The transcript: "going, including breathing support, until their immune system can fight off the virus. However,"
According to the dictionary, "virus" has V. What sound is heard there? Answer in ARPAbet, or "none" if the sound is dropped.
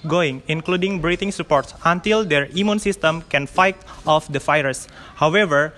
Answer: F